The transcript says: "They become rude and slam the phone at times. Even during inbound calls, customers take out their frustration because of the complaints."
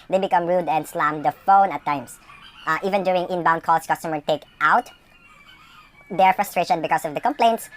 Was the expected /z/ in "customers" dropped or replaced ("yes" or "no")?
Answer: yes